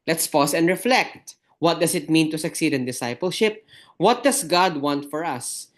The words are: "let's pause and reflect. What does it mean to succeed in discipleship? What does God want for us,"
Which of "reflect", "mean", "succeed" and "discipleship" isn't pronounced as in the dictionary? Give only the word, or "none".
none